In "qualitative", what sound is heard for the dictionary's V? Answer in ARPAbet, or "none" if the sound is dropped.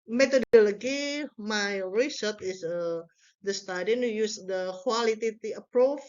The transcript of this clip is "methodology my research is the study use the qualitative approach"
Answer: none